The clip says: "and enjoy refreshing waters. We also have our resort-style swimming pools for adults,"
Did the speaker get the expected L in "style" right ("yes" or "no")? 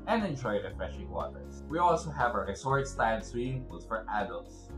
no